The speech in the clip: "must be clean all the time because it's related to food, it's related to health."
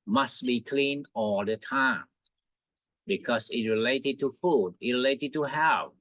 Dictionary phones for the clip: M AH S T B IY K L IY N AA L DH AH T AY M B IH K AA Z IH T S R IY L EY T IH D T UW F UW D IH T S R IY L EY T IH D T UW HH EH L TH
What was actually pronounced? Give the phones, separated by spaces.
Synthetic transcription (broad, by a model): M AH S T B IY K L IY N AA L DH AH T AY M B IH K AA S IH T R IY L EY T IH D T UW F UW D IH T R IY L EY T IH D T UW HH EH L